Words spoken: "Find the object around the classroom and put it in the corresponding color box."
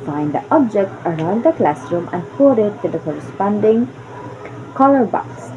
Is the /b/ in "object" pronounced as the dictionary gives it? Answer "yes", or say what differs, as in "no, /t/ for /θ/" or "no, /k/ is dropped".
yes